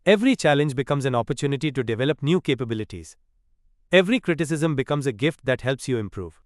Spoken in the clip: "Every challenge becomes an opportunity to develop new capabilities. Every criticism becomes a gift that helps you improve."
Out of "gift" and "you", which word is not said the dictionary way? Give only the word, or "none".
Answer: none